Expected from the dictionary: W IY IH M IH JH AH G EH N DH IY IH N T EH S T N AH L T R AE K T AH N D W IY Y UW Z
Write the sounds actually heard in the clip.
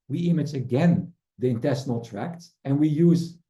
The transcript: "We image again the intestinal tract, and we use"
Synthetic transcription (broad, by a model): W IY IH M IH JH AH G EH N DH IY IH N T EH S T N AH L T R AE K T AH N W IY Y UW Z